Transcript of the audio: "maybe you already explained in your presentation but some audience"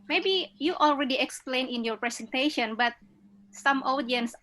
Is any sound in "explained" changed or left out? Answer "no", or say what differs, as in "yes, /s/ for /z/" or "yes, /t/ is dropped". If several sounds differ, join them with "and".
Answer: yes, /d/ is dropped